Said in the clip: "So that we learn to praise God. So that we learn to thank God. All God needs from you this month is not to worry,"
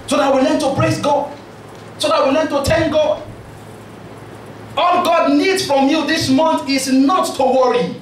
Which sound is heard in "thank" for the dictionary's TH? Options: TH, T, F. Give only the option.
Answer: T